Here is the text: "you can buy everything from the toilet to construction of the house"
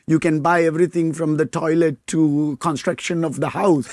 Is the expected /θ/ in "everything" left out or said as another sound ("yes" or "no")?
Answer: yes